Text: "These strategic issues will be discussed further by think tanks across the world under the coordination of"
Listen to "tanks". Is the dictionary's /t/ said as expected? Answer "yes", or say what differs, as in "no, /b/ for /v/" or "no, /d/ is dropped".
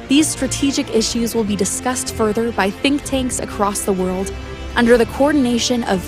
yes